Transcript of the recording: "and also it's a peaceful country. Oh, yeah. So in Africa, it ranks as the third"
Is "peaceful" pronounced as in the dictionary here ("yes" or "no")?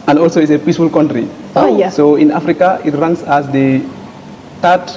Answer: yes